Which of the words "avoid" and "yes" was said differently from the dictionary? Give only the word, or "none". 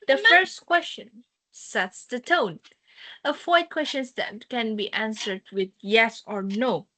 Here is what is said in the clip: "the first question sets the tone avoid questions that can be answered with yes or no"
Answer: avoid